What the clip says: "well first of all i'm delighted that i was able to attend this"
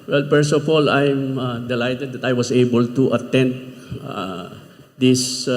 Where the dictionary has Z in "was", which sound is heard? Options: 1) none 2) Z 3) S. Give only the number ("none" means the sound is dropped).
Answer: 3